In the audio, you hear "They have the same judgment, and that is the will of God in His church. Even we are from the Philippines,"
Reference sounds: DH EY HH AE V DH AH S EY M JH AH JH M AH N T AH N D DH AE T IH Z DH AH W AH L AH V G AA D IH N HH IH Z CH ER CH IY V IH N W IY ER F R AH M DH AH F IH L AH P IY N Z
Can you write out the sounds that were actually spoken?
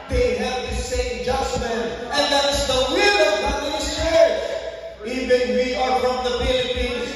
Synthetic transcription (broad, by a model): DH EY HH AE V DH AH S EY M JH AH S M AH N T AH N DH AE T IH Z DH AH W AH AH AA IH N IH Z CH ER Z IY V IH N W IY ER F R AH M DH AH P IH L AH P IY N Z